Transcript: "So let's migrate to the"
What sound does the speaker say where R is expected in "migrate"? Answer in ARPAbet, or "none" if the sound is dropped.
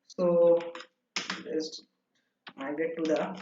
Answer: none